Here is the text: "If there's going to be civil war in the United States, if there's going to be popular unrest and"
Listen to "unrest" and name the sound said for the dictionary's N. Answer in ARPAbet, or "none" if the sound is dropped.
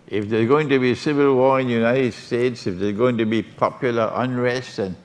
N